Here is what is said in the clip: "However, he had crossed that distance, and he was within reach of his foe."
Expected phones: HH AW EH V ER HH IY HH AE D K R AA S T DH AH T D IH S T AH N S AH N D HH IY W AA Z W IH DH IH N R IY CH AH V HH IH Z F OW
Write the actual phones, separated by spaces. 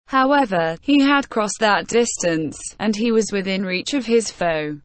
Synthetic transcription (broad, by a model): HH AW EH V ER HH IY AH D K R AA S DH AH T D IH S T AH N S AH N IY W AA Z W IH DH IH N R IY CH AH V IH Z F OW